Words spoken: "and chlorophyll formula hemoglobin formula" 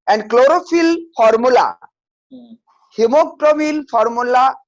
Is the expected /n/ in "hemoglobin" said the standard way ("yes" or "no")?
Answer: no